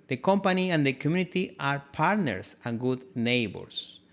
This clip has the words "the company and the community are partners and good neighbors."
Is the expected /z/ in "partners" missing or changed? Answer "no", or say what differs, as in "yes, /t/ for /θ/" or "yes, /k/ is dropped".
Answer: yes, /s/ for /z/